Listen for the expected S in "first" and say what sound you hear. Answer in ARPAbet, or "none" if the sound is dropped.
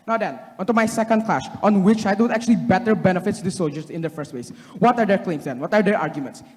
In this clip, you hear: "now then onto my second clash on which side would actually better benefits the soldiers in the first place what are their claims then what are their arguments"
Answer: S